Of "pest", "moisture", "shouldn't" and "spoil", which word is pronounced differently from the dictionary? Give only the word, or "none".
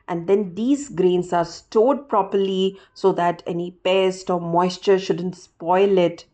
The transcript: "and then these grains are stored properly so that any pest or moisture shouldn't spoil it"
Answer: none